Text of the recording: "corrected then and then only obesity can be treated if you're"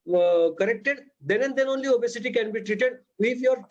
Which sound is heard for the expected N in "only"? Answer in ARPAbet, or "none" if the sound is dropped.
N